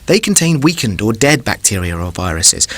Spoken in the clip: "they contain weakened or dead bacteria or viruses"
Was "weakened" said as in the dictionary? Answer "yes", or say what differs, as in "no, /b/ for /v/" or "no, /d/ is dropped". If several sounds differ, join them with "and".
yes